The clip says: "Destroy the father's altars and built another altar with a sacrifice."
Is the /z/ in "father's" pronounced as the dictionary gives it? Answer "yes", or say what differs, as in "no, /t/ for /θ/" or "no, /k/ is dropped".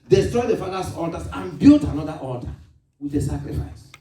no, /s/ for /z/